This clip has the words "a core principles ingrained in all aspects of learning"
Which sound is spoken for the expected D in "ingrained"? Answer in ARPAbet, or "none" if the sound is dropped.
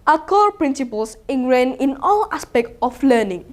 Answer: none